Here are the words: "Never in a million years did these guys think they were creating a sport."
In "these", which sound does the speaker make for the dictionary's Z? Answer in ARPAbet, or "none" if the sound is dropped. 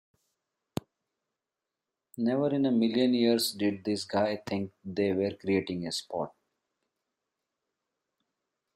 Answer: S